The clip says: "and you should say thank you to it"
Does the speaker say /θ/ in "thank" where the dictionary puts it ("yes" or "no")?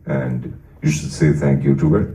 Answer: yes